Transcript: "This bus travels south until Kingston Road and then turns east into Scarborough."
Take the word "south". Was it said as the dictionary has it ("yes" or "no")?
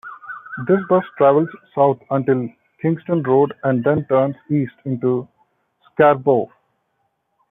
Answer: no